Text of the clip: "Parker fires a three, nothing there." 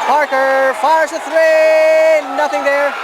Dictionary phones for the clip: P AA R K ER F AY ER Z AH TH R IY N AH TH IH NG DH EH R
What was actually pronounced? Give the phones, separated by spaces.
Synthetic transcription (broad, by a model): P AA R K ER F AY ER Z AH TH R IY N AH TH IH NG DH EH R